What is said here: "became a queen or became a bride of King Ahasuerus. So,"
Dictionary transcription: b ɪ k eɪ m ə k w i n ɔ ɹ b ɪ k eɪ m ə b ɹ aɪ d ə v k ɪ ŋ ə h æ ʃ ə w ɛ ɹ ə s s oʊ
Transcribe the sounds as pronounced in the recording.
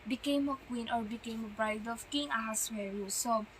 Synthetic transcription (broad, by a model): b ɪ k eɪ m ə k w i n ɔ ɹ b ɪ k eɪ m ə b ɹ aɪ d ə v k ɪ ŋ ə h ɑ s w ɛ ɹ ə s s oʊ